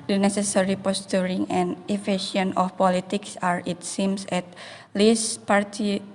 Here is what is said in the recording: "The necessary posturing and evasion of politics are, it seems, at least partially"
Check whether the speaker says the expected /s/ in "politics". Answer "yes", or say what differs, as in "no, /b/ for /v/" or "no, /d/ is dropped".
yes